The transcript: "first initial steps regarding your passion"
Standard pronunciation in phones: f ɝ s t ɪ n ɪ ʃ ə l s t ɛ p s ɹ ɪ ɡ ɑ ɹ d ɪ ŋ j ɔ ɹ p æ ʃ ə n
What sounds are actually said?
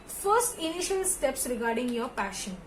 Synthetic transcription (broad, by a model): f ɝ s t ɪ n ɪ ʃ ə l s t ɛ p s ɹ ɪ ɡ ɑ ɹ d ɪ ŋ j ɔ ɹ p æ ʃ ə n